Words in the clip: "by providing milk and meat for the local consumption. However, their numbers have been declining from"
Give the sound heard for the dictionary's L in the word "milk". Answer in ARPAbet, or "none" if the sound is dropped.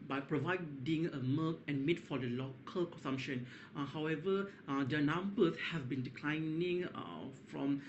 none